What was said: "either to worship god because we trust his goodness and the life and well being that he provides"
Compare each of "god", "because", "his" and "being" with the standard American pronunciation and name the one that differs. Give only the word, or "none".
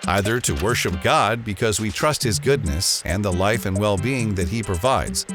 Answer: none